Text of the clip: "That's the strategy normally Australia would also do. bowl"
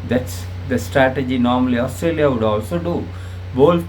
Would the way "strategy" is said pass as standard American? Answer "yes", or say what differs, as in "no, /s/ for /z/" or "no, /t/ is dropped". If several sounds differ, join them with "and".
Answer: yes